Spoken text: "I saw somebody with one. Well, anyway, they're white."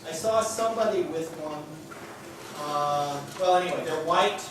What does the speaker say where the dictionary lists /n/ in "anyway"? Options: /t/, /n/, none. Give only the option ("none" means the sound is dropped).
none